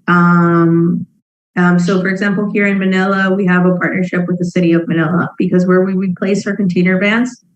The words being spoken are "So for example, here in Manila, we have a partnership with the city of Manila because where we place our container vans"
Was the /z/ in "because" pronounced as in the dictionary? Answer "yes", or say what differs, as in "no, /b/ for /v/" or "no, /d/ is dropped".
yes